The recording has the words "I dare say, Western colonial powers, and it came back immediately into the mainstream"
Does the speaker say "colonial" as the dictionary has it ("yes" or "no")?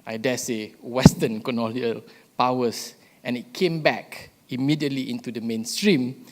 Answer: no